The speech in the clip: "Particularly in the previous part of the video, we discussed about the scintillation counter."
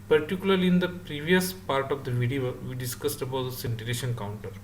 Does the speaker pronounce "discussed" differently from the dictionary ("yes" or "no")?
no